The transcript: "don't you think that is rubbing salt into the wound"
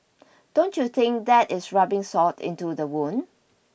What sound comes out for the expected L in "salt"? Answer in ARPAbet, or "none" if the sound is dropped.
none